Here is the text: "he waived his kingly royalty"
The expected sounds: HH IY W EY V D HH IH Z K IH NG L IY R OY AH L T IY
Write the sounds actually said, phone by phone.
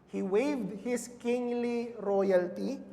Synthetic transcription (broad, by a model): HH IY W EY V D HH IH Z K IH NG L IY R OY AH L T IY